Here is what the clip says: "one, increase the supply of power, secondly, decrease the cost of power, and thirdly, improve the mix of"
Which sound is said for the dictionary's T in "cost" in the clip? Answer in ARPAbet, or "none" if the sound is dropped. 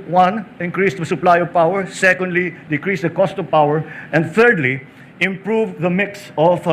T